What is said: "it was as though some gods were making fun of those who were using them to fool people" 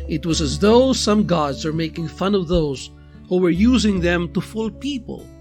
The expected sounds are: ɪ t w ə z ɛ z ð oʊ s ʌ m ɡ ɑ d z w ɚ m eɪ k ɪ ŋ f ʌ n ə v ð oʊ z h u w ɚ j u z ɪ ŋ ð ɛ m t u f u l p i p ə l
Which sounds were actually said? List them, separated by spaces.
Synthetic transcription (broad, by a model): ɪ t w ə z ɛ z ð oʊ s ʌ m ɡ ɑ d z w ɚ m eɪ k ɪ ŋ f ʌ n ə v ð oʊ z h u w ɚ j u z ɪ ŋ ð ɛ m t u f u l p i p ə l